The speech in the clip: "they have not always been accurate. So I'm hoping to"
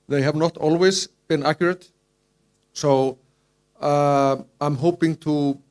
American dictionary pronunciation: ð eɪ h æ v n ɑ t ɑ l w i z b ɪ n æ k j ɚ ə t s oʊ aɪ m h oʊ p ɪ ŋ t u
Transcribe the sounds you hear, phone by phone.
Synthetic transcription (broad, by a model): ð eɪ h æ v n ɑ t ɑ l w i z b ɪ n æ k j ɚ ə t s oʊ aɪ m h oʊ p ɪ ŋ t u